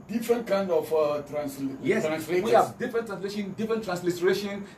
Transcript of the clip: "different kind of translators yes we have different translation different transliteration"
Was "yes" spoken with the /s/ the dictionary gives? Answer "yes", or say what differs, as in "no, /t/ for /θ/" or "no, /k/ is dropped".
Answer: no, /s/ is dropped